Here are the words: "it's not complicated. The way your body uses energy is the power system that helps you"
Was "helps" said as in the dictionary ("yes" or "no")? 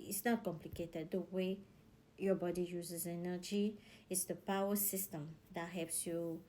no